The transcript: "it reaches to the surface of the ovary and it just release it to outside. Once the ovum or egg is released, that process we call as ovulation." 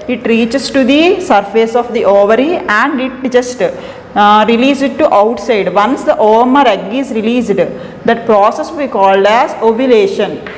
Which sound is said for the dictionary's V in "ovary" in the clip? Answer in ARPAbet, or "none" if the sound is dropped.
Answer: V